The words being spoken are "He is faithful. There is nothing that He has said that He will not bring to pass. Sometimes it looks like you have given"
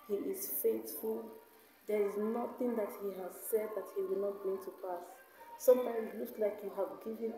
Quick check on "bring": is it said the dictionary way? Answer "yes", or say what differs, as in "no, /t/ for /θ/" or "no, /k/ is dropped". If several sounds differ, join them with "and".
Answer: no, /ɹ/ is dropped